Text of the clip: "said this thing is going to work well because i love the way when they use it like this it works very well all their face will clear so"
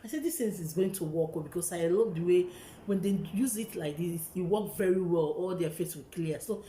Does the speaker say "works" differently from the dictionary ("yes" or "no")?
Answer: yes